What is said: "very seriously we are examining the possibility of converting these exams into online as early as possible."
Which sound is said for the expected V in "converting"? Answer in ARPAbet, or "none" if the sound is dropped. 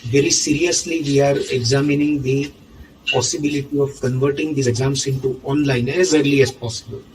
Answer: V